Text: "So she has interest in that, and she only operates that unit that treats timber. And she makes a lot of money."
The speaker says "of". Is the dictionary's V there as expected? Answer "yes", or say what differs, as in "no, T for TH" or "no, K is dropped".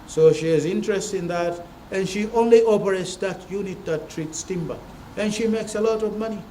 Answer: yes